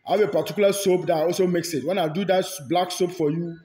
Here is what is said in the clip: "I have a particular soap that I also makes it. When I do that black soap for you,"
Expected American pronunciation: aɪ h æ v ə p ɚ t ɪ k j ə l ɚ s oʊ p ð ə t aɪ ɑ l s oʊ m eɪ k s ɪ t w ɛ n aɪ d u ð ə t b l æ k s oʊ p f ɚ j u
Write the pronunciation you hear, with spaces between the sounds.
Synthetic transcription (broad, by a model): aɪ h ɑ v ə p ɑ t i k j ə l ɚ s oʊ p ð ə t ɑ l s oʊ m eɪ k s ɪ t w ɛ n aɪ d u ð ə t b l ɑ k s oʊ p f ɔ j u